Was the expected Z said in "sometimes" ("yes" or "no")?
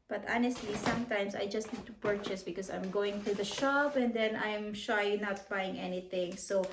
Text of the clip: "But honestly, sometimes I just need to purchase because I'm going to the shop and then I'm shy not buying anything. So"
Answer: no